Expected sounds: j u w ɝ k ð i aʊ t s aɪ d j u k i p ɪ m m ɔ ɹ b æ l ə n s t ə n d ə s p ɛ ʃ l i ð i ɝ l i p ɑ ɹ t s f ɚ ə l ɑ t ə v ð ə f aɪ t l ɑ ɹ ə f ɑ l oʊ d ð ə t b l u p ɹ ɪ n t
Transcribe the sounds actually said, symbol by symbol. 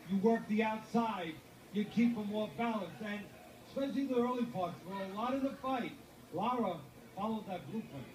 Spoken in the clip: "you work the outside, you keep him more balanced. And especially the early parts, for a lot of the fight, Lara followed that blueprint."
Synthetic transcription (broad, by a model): j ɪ w ɝ k ð i aʊ t s aɪ d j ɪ k i p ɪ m m ɔ ɹ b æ l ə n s ə n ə s p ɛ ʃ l i ð i ɝ l i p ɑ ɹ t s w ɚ ə l ɑ t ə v ð ə f aɪ t l ɑ ɹ ə f ɑ l oʊ d ð ə t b l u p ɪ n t